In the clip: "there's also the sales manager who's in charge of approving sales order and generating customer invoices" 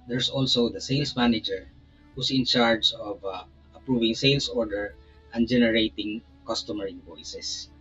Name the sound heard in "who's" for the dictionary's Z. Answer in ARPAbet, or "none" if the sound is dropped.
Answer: S